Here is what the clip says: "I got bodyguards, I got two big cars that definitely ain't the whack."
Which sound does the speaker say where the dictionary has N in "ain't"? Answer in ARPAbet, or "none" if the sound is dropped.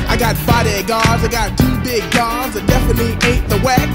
none